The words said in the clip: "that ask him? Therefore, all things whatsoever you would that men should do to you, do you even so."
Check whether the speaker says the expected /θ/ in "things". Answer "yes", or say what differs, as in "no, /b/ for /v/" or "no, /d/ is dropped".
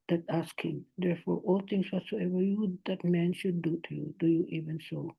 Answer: no, /t/ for /θ/